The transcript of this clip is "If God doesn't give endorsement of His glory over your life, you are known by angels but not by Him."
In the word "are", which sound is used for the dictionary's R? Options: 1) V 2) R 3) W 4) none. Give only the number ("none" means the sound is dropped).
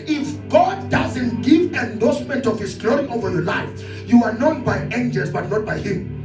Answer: 2